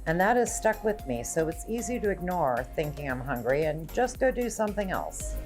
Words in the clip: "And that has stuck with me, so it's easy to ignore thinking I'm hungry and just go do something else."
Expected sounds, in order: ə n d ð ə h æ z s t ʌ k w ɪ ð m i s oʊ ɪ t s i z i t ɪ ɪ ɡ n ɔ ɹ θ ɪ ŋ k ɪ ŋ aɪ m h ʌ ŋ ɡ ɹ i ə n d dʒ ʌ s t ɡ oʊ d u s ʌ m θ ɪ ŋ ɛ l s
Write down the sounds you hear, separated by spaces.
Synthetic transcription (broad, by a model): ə n ð ə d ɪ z s t ʌ k w ɪ ð m i s oʊ ɪ t s i z i t ɪ ɪ ɡ n ɔ ɹ θ ɪ ŋ k ɪ ŋ aɪ m h ʌ ŋ ɡ ɹ i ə n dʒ ʌ s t ɡ oʊ d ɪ s ʌ m θ ɪ ŋ ɛ l s